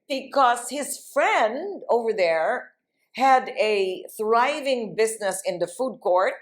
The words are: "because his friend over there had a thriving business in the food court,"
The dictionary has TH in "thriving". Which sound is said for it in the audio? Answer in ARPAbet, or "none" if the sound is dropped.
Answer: TH